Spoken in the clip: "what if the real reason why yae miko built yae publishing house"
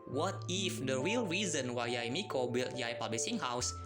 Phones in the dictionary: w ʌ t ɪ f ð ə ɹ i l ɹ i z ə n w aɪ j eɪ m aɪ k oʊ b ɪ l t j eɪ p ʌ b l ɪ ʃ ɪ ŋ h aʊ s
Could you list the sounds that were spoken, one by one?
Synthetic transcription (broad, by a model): w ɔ t ɪ f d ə ɹ i l ɹ i z ə n w aɪ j m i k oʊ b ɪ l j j p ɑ b l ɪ s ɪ ŋ h aʊ s